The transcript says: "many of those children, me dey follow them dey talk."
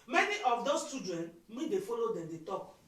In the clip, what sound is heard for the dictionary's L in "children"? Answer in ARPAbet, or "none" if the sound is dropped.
none